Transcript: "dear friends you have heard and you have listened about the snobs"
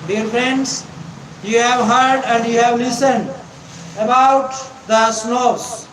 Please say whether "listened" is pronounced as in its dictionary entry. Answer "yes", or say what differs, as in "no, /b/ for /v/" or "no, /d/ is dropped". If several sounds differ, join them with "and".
yes